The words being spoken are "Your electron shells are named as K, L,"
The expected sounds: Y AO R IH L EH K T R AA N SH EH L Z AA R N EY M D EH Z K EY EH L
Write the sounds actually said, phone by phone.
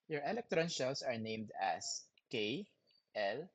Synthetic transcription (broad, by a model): Y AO R IH L EH K T R AA N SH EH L S AA R N EY M D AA S K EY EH L